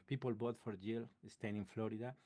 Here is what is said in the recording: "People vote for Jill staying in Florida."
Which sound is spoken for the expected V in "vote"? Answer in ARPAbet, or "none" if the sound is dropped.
B